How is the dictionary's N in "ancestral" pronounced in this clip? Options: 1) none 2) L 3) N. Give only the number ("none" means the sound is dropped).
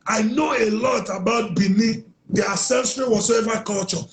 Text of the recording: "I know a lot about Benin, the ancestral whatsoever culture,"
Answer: 1